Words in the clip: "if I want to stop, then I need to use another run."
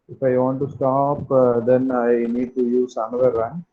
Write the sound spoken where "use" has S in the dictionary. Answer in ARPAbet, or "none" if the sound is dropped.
S